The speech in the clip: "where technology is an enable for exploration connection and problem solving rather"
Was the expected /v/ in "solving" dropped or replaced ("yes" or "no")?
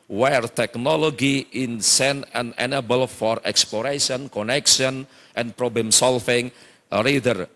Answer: yes